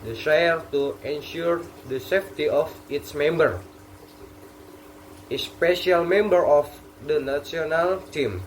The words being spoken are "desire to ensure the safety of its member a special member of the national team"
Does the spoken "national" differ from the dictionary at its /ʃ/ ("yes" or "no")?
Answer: yes